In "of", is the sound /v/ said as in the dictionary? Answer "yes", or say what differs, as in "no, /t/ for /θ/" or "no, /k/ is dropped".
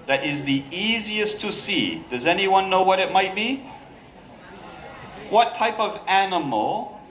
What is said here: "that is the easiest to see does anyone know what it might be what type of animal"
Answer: yes